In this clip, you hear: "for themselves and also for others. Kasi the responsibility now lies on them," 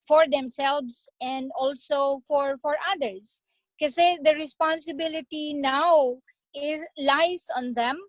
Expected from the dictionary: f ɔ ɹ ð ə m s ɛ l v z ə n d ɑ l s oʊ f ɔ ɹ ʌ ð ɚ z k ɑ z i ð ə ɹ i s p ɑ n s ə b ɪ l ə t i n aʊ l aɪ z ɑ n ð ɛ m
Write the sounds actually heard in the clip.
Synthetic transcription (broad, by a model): f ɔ ɹ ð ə m s ɛ l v s ə n d ɑ l s oʊ f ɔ ɹ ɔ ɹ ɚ s k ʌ s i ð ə ɹ i s p ɑ n s ə b ɪ l ə t i n aʊ l aɪ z ɑ n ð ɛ m